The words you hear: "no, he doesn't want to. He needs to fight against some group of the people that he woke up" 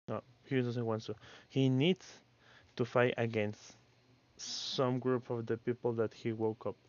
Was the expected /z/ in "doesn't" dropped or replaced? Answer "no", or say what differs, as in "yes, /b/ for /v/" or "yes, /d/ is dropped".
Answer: yes, /s/ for /z/